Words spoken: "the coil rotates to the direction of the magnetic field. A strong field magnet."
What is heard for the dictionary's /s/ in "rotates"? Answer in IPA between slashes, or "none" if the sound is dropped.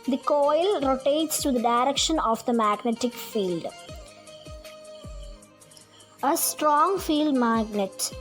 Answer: /s/